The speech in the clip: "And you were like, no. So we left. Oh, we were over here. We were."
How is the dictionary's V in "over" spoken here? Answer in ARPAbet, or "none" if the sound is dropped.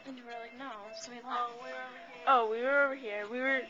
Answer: V